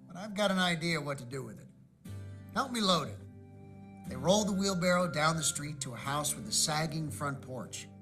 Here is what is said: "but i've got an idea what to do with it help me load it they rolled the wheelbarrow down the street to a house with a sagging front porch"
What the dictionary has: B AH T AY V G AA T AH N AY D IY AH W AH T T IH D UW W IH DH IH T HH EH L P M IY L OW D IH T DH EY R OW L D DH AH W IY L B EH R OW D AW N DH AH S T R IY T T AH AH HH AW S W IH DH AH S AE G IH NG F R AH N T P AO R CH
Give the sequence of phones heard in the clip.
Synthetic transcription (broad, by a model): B AH T AY V G AA T AH N AY D IY AH W AH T T IH D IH W IH DH IH T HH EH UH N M IY L OW D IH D DH EY R OW L D DH AH W IY L B EH R OW D AW N DH AH S T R IY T T AH AH HH AW S W IH DH AH S AE G IH NG F R AH N P AO R CH